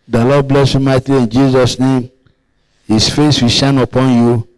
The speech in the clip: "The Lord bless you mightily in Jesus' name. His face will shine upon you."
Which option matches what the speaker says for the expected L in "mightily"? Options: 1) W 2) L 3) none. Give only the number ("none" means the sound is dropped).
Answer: 3